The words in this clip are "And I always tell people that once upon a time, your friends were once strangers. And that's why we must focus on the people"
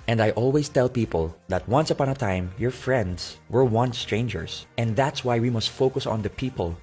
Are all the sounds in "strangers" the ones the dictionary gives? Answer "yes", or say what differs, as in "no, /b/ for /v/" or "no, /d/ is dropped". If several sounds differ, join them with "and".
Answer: no, /s/ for /z/